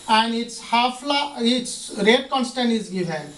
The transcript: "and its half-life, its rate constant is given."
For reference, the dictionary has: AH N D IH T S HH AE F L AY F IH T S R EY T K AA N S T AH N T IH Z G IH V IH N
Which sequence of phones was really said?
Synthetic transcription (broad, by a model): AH N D IH T S HH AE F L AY IH T S R EY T K AA N S T AH N T IH Z G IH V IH N